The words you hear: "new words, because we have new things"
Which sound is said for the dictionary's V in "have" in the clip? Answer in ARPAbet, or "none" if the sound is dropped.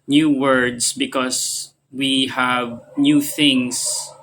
V